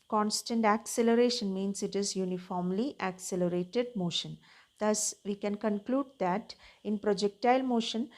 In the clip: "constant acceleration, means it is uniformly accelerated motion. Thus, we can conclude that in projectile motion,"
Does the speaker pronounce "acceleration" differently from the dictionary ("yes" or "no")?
no